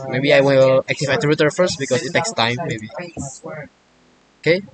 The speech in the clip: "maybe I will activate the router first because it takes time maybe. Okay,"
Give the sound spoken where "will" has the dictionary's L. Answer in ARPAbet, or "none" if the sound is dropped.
N